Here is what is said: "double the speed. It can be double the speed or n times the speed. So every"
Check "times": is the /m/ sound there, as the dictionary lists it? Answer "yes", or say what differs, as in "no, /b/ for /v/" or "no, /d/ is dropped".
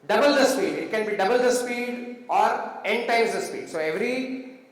no, /m/ is dropped